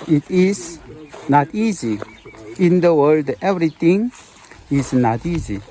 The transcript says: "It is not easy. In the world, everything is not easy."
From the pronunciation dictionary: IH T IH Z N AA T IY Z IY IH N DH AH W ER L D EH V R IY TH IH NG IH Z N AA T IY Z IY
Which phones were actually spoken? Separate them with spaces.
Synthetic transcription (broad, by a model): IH T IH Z N AA T IY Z IY IH N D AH W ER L D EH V R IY T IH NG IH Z N AA T IY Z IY